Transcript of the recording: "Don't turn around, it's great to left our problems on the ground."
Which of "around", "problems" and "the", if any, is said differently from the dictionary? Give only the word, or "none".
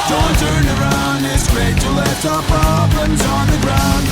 problems